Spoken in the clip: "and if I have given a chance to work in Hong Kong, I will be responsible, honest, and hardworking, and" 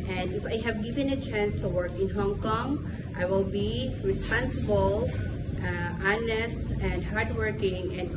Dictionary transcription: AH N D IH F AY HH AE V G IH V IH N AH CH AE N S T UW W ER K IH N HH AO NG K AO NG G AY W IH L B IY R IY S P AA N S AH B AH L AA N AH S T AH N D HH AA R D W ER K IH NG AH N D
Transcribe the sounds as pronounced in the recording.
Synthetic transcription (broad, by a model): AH N D IH F AY HH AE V G IH V IH N AH CH AE N S T UW W ER K IH N HH AO NG K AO NG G AY W IH L B IY R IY S P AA N S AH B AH L AA N AH S T AH N D HH AA R D W ER K IH NG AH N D